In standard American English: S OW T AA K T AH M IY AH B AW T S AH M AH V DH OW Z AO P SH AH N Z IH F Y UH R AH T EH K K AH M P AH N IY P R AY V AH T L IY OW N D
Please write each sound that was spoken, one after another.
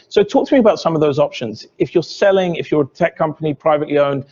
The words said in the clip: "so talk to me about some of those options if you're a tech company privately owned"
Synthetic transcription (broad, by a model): S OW T AA K T AH M IY AH B AW T S AH M AH V DH OW Z AO P SH AH N Z IH F Y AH R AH T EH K K AH M P AH N IY P R AY V AH T L IY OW N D